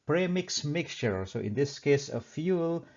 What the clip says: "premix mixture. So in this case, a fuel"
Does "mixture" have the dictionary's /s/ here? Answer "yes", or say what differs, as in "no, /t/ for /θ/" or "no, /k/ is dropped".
yes